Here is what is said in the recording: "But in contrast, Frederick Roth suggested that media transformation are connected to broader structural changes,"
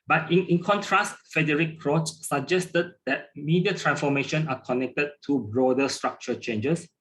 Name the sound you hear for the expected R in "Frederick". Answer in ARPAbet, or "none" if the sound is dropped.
none